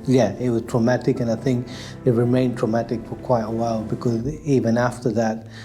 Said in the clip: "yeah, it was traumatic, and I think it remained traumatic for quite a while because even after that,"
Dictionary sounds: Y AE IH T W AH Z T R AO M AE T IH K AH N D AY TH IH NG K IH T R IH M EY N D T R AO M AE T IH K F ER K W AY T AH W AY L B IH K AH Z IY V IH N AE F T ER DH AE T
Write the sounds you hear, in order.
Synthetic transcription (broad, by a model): Y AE IH T W AH Z T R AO M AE T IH K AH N AY TH IH NG K IH T R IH M EY N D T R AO M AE T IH K F ER K W AY T AH W AY L B IH K AH Z IY V IH N AE F T ER DH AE T